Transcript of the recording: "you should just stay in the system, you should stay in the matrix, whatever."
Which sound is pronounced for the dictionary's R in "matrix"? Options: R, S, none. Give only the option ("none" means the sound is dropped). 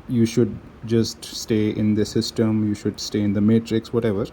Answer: R